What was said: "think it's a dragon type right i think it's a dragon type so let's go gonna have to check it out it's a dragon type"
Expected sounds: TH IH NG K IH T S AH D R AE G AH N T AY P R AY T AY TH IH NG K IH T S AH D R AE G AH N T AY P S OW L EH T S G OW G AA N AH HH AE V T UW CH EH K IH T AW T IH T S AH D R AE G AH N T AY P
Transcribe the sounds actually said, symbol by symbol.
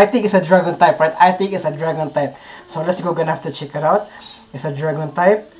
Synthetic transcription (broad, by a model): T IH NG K IH T S AH D R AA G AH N T AY P R AY T AY T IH NG K IH T S AH D R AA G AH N T AY P S OW L EH T S G OW G AA N AH HH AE F T UW CH EH K IH T AW T IH T S AH D R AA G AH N T AY P